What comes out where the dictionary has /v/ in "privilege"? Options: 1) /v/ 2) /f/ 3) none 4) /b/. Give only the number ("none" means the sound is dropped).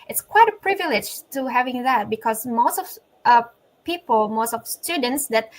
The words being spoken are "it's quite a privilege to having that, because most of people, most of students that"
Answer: 1